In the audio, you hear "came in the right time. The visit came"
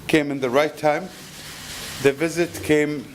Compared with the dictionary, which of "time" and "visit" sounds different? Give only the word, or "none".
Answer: none